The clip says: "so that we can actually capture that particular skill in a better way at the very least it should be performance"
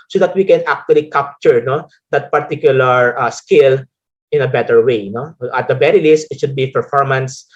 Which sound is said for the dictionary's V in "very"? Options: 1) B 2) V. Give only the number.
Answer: 1